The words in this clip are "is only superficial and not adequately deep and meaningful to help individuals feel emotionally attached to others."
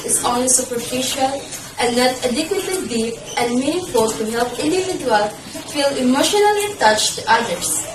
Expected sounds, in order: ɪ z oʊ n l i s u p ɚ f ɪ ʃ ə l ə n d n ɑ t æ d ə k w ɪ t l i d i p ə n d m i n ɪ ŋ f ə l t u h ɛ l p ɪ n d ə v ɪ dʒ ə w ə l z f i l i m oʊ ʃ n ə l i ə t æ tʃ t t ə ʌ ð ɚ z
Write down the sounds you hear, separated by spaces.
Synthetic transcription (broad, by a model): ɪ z oʊ n l i s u p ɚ f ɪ ʃ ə l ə n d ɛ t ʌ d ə k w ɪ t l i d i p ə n m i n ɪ f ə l t u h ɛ l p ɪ n d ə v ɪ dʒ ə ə l f i l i m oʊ ʃ n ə l i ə t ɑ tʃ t t ə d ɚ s